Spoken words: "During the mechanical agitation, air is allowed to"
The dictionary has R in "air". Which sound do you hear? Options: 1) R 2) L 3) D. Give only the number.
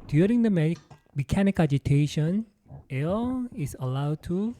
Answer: 2